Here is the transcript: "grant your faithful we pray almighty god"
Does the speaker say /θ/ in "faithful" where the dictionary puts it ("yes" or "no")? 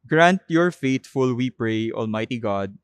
no